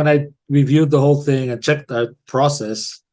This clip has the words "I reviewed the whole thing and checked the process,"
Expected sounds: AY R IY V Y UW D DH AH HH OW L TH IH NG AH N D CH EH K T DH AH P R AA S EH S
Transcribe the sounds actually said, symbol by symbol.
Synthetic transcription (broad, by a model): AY R IY V Y UW D DH AH HH OW L TH IH NG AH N CH EH K T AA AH P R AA S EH S